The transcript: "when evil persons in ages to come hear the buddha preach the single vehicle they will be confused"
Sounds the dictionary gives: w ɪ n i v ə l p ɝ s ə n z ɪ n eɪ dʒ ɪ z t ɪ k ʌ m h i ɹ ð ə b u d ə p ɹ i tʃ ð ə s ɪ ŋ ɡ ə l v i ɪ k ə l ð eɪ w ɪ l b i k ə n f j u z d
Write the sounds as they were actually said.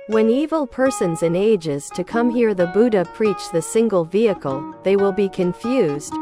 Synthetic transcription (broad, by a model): w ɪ n i v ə l p ɝ s ə n z ɪ n eɪ dʒ ɪ z t ɪ k ʌ m h i ɹ ð ə b u d ə p ɹ i tʃ ð ə s ɪ ŋ ɡ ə l v i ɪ k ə l ð eɪ w ɪ l b i k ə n f j u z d